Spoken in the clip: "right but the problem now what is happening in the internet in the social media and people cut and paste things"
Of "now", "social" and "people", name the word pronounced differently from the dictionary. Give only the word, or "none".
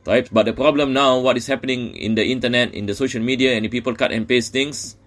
none